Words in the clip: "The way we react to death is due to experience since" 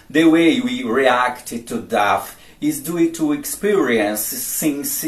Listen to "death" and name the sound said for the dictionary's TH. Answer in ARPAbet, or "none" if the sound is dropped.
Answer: F